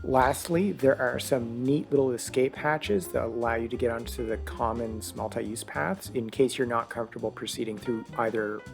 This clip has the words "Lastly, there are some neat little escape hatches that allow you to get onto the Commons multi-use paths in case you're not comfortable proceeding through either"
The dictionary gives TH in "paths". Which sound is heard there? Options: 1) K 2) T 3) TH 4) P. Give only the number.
3